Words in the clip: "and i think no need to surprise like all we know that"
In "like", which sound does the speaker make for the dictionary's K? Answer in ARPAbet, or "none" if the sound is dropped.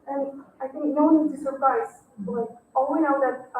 none